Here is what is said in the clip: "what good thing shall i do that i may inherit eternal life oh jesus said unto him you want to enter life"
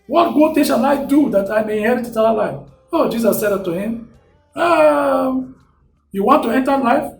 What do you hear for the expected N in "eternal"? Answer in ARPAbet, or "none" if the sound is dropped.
none